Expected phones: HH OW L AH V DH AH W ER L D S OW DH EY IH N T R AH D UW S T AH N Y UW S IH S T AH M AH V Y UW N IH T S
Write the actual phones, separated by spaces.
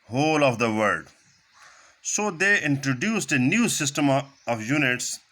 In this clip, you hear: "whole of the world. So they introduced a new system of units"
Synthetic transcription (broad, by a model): HH OW L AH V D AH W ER D S OW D EY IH N T R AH D UW S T AH N Y UW S IH S T AH M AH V Y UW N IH T S